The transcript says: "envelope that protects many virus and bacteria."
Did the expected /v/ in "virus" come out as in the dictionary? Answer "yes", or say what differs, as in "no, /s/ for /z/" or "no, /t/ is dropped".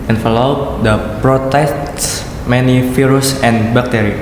no, /f/ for /v/